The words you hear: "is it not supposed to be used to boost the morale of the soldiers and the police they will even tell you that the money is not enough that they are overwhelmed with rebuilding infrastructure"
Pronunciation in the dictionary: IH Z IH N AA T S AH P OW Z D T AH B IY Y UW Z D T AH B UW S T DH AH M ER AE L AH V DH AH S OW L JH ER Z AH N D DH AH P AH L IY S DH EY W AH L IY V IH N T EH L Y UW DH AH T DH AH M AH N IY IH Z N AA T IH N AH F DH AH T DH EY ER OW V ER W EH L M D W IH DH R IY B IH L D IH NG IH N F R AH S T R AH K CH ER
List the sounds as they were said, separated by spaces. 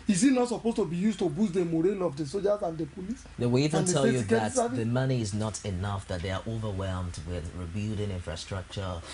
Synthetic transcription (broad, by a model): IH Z IH N AA T S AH P OW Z T AH B IY Y UW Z T AH B UW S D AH M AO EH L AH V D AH S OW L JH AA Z AH N D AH P AH L IY S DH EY W AH L IY V IH N T EH L Y UW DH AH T DH AH M AH N IY IH Z N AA T IH N AH F DH AH T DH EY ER OW V ER W EH L M D W IH DH R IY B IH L D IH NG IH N F R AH S T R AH K CH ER